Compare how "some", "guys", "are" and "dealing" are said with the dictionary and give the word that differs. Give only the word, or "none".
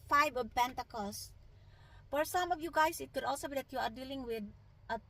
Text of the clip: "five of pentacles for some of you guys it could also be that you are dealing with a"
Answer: guys